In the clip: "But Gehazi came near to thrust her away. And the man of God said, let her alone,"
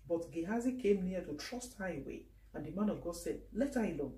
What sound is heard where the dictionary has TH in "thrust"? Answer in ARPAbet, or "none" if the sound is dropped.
T